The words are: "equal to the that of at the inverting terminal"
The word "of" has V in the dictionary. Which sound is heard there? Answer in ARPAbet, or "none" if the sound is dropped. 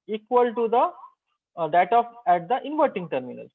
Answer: P